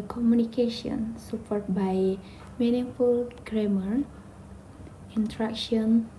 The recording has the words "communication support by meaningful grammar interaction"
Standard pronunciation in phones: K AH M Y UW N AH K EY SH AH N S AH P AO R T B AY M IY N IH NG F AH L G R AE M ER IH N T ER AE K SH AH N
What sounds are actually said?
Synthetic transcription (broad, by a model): K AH M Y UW N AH K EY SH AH N S AH P AO R T B AY M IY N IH F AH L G R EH M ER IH N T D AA K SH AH N